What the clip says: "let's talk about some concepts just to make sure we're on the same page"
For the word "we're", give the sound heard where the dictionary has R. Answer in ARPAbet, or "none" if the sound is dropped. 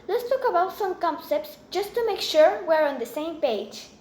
R